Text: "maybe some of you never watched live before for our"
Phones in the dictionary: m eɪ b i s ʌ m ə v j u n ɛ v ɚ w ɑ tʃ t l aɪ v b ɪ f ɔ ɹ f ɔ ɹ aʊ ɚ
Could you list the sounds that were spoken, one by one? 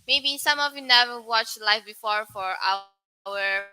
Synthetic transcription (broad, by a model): m eɪ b i s ʌ m ə v j u n ɛ v ɚ w ɑ tʃ t l aɪ f b ɪ f ɔ ɹ f ɔ ɹ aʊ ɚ